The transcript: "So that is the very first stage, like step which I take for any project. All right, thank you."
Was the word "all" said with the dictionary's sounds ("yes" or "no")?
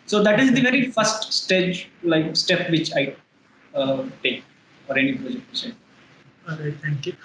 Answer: no